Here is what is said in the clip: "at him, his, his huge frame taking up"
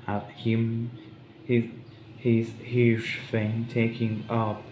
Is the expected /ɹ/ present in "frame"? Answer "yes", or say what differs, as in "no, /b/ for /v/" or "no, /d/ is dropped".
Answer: no, /ɹ/ is dropped